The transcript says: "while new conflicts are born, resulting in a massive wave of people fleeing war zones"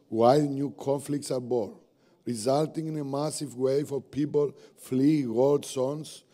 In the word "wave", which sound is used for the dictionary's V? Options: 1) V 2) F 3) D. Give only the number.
2